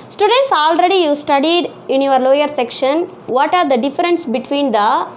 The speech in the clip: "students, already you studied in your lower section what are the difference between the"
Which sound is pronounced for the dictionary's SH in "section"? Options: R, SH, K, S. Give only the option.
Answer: SH